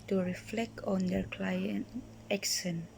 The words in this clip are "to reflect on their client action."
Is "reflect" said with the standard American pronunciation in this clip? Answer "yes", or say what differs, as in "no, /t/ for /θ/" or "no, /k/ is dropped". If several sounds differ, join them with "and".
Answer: yes